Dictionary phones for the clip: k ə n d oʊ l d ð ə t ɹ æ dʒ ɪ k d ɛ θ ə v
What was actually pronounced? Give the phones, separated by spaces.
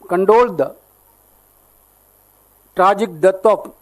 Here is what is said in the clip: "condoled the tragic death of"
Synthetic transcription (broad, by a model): k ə n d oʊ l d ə t ɹ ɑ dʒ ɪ k d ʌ t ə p